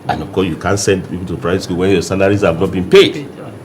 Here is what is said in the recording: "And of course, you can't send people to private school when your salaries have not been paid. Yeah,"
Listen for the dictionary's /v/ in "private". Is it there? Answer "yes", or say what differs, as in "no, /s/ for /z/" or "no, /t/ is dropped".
no, /v/ is dropped